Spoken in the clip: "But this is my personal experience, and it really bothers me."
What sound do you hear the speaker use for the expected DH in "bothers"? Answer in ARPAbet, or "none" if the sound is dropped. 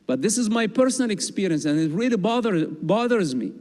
DH